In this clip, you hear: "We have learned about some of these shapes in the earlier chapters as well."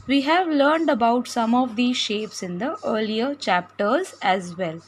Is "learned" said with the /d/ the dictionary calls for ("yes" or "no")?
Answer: yes